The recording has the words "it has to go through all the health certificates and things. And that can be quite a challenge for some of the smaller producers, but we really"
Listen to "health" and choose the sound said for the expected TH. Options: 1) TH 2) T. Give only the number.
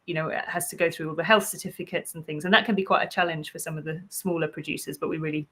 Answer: 1